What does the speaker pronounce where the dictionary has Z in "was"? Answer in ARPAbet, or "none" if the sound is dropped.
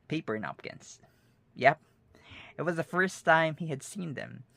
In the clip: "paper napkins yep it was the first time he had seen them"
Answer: Z